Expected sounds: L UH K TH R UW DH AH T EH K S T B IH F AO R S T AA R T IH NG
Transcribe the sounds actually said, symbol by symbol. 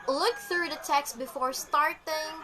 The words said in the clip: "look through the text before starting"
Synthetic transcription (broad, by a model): L UH K TH R UW DH AH T EH K S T B IH F AO R S T AA R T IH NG